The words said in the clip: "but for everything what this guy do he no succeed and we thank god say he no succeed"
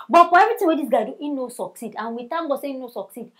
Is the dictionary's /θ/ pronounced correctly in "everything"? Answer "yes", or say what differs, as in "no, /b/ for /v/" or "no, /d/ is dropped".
no, /t/ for /θ/